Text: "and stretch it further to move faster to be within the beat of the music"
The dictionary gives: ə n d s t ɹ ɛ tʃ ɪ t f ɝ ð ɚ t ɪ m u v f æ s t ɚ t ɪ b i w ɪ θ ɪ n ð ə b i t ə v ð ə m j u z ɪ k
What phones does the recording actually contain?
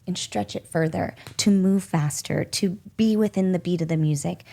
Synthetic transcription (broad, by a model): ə n s t ɹ ɛ tʃ ɪ t f ɝ ð ɚ t ɪ m u v f æ s t ɚ t ɪ b i w ɪ θ ɪ n ð ə b i t ə v ð ə m j u z ɪ k